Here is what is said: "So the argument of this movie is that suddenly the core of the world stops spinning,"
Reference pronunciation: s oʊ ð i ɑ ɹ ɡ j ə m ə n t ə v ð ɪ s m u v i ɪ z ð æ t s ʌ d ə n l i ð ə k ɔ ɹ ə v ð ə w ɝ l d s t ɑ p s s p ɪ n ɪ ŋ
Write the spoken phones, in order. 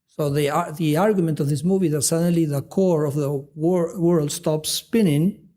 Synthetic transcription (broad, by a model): s oʊ ð i ɑ ɹ ɡ j ə m ə n t ə v ð ɪ s m u v i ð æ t s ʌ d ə n l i ð ə k ɔ ɹ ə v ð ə w ɝ l d s t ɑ p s s p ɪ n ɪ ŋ